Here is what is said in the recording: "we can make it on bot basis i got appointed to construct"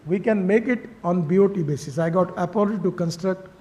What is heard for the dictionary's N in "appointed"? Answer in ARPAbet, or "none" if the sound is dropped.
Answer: L